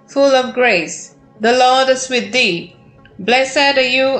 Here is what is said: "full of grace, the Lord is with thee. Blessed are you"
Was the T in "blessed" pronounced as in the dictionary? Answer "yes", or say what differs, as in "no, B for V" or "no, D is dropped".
no, T is dropped